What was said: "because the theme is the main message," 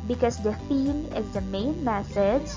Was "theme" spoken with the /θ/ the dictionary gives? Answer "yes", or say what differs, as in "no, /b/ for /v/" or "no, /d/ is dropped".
no, /f/ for /θ/